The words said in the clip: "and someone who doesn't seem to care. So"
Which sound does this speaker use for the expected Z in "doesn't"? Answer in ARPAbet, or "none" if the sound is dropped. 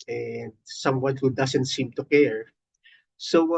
S